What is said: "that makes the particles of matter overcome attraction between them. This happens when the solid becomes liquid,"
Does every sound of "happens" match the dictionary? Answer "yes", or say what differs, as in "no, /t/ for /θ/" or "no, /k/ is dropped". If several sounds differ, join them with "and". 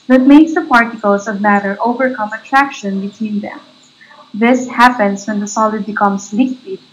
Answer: no, /s/ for /z/